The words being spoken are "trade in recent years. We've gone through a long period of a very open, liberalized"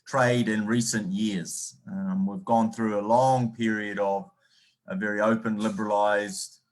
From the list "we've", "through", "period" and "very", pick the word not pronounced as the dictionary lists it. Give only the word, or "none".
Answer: none